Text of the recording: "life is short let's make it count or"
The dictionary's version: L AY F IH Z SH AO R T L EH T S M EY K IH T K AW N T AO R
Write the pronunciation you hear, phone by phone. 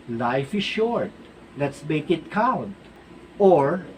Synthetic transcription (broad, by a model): L AY F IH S SH AO R T L EH T S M EY K IH T K AW N T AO R